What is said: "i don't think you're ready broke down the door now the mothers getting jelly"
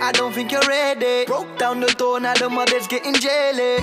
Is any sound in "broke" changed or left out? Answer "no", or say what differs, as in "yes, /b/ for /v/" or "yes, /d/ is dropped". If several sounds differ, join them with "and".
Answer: yes, /ɹ/ is dropped